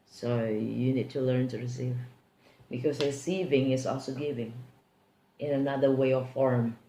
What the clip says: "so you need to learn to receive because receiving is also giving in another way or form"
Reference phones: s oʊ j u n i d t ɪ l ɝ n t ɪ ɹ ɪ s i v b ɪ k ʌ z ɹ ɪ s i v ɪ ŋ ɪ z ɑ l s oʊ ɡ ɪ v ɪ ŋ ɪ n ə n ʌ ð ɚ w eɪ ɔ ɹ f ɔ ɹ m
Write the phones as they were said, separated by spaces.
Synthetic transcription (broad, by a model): s oʊ j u n i d t ɪ l ɝ n t ɪ ɹ ɪ s i v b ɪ k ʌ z ɹ ɪ s i v ɪ ŋ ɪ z ɑ l s oʊ ɡ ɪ v ɪ ŋ ɪ n ə n ʌ ð ɚ w eɪ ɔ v f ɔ ɹ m